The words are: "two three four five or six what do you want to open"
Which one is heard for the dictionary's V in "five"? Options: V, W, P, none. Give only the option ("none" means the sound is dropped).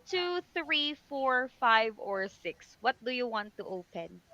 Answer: V